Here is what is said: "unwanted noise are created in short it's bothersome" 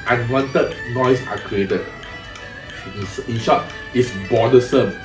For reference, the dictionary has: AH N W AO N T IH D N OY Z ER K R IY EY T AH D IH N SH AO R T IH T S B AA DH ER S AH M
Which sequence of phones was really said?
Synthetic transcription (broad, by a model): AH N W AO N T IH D N OY S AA K R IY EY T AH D IH N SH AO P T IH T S B AA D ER S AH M